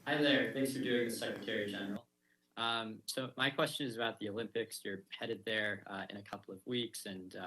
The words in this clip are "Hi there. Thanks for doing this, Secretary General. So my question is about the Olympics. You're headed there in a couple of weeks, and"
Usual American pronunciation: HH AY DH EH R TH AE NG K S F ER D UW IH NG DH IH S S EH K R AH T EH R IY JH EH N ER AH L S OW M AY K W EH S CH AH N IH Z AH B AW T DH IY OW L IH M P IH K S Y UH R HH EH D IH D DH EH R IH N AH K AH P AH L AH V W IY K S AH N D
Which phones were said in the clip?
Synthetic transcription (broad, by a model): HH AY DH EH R TH AE NG K S F ER D UW IH NG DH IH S S EH K R AH T EH R IY JH EH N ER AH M S OW M AY K W EH S CH AH N IH Z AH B AW T DH IY OW L IH M P IH K S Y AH R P EH D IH D DH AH R IH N AH K AH P L AH V W IY K S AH N